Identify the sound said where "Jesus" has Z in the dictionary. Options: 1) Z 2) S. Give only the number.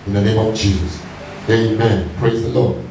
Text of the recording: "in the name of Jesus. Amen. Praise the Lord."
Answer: 1